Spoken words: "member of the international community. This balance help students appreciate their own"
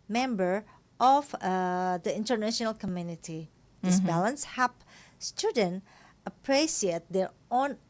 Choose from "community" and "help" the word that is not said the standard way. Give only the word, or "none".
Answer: help